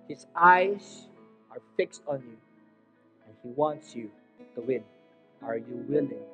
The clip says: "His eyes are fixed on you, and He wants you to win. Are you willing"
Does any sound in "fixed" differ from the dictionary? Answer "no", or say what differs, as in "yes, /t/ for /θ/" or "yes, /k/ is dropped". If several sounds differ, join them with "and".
no